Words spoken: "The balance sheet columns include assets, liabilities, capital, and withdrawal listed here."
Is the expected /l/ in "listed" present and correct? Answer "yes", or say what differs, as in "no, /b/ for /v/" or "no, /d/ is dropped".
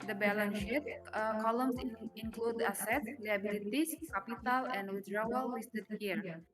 no, /w/ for /l/